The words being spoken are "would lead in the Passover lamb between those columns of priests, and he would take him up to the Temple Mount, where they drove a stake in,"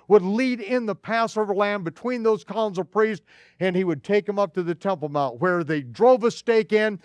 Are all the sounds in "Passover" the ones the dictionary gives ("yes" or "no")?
yes